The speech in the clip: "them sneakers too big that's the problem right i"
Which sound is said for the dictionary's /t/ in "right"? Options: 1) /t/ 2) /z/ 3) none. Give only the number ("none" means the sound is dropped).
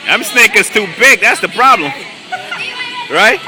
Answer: 1